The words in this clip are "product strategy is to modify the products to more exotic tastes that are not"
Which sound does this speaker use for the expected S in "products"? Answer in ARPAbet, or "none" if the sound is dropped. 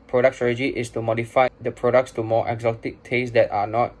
S